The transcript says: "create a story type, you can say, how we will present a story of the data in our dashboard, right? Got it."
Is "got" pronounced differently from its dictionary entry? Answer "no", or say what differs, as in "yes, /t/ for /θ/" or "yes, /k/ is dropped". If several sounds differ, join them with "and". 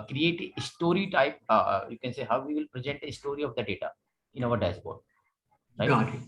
yes, /t/ is dropped